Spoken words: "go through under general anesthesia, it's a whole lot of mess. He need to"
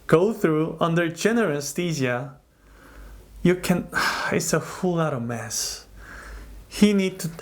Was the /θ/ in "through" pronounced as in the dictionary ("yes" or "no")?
yes